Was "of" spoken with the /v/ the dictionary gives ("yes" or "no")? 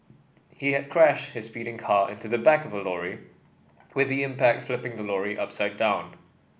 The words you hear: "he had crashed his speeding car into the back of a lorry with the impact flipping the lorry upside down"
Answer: yes